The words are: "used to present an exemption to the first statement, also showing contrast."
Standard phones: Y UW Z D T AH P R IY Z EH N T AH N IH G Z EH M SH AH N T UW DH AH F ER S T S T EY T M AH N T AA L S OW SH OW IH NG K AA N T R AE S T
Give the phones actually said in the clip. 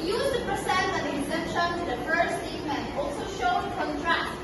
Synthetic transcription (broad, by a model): Y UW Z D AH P R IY S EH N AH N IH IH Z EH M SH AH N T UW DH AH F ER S S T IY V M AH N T AA L S OW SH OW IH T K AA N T R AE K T